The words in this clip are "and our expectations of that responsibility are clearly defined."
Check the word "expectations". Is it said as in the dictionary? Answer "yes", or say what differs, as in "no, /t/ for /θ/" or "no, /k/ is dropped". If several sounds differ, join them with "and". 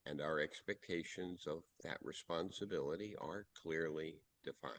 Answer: yes